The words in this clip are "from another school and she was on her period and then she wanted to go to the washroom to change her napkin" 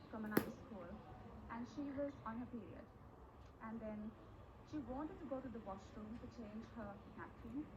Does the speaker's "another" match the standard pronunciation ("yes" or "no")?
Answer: no